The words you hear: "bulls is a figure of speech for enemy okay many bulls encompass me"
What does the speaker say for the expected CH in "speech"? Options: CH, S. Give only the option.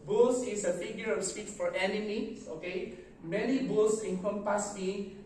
S